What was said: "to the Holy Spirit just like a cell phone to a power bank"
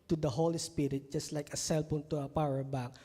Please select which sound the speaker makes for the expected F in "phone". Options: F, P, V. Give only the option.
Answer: P